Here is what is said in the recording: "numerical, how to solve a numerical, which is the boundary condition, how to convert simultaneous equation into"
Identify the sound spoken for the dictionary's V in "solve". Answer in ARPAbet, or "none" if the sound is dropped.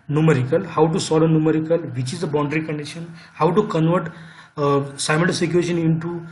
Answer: none